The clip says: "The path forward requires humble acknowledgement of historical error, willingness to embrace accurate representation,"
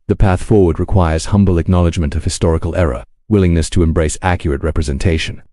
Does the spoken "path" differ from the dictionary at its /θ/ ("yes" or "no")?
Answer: no